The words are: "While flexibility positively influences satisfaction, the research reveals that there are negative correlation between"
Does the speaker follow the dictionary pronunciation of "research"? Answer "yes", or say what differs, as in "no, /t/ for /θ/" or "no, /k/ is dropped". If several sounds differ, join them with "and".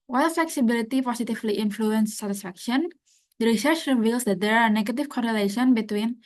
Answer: yes